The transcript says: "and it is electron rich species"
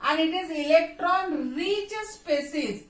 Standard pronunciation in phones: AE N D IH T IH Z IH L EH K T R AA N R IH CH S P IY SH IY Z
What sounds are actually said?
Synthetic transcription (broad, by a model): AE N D IH T IH Z IH L EH K T R AA N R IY S S P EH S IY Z